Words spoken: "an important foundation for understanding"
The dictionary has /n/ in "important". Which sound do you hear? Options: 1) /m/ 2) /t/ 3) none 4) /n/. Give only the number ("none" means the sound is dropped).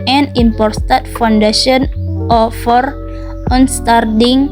3